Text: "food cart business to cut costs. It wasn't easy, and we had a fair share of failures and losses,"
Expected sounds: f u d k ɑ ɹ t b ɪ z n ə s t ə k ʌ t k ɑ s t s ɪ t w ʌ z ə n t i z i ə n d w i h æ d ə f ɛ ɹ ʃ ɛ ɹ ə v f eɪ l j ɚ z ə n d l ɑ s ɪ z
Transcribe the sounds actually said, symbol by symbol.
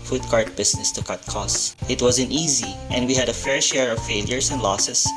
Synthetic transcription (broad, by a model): f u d k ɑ ɹ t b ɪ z n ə s t ə k ʌ t k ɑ s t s ɪ t w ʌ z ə n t i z i ə n d w i h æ d ə f ɛ ɹ ʃ ɛ ɹ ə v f eɪ l j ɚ s ə n d l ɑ s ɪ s